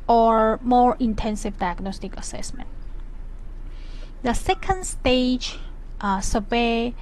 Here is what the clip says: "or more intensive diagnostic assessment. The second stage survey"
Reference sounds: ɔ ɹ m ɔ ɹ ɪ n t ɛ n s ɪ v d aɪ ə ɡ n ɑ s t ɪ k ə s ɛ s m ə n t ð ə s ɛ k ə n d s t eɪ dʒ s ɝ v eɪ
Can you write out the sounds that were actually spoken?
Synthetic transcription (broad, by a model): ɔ ɹ m ɔ ɹ ɪ n t ɛ n s ɪ v d aɪ ə ɡ n ɑ s t ɪ k ə s ɛ s m ə n t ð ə s ɛ k ə n d s t eɪ dʒ s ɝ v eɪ